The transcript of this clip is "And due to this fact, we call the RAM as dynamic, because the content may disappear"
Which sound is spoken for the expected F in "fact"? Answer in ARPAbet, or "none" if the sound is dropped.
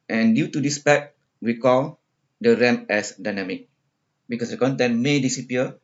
P